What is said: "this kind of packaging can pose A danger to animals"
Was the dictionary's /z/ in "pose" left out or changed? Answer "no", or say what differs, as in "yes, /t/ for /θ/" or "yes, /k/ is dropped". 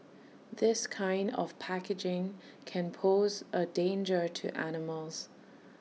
no